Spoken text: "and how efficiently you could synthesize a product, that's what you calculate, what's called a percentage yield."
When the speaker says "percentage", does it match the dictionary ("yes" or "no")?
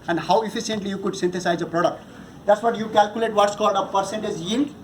no